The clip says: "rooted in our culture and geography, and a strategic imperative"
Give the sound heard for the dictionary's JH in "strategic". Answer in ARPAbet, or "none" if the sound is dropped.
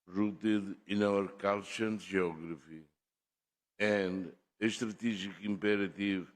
ZH